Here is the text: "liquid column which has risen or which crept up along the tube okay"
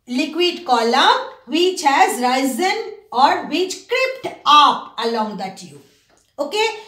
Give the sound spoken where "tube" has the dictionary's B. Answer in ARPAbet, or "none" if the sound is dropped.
none